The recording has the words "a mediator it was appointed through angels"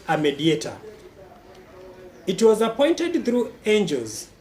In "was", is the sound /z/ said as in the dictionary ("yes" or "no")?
yes